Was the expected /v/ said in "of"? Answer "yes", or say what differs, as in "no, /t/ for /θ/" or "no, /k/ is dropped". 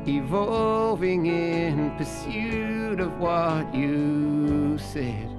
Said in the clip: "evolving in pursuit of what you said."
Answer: yes